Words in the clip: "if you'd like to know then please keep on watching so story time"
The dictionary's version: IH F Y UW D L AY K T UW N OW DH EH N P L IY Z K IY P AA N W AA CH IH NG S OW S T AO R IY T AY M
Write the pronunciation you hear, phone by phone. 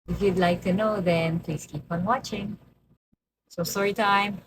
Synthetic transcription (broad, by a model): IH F Y UW D L AY K T UW N OW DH EH N P L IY S K IY P AA N W AA CH IH NG S OW S AO R IY T AY M